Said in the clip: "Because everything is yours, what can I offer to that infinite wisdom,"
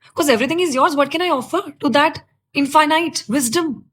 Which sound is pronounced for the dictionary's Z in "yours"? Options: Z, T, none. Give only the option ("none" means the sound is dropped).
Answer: Z